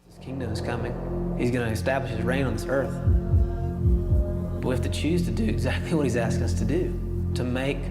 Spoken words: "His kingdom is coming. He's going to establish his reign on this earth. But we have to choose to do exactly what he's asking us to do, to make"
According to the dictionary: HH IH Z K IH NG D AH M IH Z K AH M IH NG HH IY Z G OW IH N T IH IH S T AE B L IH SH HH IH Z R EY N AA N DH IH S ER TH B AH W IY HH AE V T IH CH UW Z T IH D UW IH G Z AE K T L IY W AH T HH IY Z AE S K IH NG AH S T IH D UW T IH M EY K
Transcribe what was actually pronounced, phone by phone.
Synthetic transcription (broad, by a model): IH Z K IH NG D AH M IH Z K AH M IH NG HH IY Z G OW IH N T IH IH S T AE B L IH SH HH IH Z R EY N N DH IH S ER TH B AH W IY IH F T IH CH UW Z T IH D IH IH G Z AE K T L IY W AH T HH IY Z AE S K IH NG AH S T IH D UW T IH M EY K